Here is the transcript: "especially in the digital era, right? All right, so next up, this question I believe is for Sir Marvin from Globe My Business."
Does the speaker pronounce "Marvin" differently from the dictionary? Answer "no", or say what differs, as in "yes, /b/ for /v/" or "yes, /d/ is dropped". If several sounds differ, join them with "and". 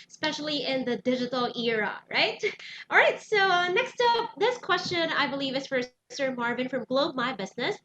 no